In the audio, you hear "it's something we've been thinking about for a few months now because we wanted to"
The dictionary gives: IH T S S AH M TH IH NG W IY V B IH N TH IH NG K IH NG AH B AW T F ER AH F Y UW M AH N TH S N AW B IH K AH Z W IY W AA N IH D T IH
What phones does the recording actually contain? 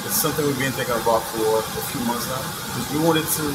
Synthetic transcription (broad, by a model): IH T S S AH M TH IH NG W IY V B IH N T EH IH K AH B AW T F ER AH F Y UW M AH N TH S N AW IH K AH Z W IY W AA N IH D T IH